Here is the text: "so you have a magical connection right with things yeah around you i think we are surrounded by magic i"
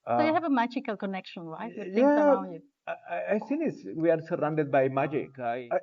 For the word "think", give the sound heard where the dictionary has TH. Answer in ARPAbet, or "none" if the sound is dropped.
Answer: S